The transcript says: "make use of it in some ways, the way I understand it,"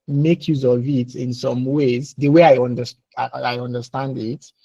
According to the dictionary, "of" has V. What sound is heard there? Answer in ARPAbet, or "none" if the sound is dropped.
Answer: V